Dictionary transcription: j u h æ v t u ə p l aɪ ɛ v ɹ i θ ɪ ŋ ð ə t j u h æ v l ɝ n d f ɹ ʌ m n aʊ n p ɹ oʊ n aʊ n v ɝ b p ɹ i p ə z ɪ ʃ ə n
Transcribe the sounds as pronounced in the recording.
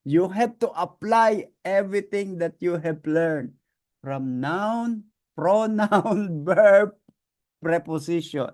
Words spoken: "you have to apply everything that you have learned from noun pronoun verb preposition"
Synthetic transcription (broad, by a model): j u h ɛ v t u ə p l aɪ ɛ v ɹ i t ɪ ŋ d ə t j u h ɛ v l ɝ n d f ɹ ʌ m n aʊ n p ɹ oʊ n aʊ n b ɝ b p ɹ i p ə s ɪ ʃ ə n